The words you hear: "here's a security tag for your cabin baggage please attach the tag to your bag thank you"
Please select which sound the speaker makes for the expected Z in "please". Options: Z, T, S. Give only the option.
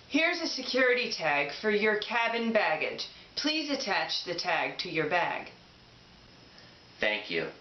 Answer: Z